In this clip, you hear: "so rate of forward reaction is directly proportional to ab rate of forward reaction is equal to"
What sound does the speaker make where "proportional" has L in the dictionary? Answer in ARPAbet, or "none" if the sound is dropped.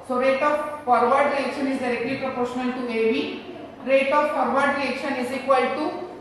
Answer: N